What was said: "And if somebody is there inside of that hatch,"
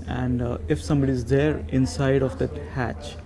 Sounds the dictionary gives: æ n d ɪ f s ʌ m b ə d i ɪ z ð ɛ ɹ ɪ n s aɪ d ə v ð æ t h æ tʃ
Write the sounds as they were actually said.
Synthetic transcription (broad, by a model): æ n d ɪ f s ʌ m b ə d i ɪ z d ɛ ɹ ɪ n s aɪ d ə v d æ t h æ tʃ